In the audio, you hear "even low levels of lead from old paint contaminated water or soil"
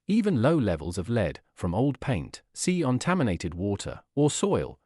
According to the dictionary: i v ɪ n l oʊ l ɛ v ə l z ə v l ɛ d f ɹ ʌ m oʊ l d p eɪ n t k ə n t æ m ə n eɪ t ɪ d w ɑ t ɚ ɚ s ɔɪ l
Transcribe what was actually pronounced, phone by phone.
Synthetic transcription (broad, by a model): i v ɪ n l oʊ l ɛ v ə l z ə v l ɛ d f ɹ ʌ m oʊ l d p eɪ n t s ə n t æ m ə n eɪ t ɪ d w ɑ t ɚ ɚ s ɔɪ l